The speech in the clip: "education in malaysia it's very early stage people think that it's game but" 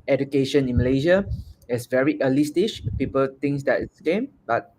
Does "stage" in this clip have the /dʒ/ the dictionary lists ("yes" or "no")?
no